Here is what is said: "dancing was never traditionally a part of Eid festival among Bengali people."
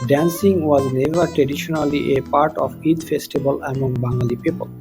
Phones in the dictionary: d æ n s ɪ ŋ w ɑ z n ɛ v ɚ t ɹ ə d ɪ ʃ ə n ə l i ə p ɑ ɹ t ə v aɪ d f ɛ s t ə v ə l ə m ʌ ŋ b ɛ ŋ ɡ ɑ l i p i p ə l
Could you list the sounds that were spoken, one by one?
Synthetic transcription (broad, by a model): d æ n s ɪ ŋ w ɑ z n ɛ v ɚ t ɹ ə d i ʃ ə n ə l i ə p ɑ ɹ t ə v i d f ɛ s t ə b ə l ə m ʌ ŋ b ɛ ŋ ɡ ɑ l i p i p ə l